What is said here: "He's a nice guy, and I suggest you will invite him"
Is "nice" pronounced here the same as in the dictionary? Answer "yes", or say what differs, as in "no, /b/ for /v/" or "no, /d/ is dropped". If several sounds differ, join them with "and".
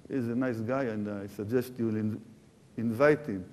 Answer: yes